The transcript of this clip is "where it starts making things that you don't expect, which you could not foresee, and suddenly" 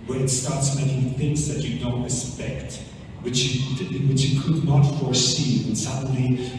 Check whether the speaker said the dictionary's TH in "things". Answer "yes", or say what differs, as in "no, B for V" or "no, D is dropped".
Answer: yes